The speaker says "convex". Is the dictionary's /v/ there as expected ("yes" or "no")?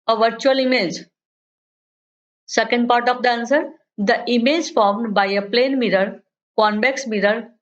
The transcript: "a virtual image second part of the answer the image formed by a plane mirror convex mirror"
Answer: no